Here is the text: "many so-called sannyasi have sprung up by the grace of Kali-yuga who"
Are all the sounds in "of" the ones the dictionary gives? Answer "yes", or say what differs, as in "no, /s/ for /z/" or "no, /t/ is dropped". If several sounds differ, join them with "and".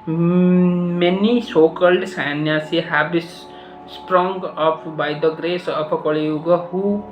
no, /p/ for /v/